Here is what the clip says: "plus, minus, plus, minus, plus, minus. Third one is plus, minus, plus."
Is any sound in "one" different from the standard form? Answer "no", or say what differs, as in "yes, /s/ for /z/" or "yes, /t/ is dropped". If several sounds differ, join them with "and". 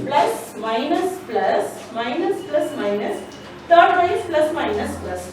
yes, /n/ is dropped